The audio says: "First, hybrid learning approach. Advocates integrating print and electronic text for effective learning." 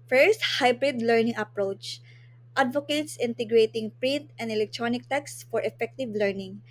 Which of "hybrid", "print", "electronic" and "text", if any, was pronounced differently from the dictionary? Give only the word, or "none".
none